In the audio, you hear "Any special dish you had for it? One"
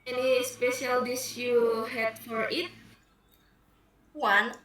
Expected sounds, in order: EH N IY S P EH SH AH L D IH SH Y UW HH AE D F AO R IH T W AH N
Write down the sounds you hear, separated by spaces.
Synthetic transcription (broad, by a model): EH N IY S P EH SH AH L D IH S Y UW HH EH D F AO R IH T W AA N